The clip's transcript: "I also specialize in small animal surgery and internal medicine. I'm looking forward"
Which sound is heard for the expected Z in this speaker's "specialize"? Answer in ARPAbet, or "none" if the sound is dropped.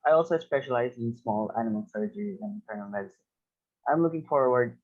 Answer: Z